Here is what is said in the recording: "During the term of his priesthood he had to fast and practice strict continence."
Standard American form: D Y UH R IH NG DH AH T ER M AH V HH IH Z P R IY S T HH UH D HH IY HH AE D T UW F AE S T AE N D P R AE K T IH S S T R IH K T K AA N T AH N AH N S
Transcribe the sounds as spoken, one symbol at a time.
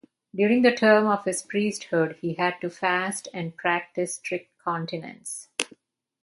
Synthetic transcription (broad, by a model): D Y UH R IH NG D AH T ER M AH V HH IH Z P R IY S T HH UH D HH IY HH AE D T UW F AE S T AE N D P R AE K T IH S S T R IH K T K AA N T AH N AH N S